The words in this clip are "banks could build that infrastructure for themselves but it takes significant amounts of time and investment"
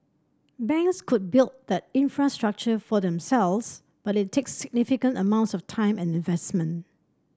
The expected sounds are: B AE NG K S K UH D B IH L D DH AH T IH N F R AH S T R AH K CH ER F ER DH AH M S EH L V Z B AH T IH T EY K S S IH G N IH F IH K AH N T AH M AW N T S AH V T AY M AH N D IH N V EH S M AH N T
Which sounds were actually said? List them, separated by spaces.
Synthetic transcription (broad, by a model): B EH NG K S K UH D B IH L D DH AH T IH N F R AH S T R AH K CH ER F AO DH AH M S EH L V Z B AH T IH T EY K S S IH G N IH F IH K AH N T AH M AW N T S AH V T AY M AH N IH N V EH S M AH N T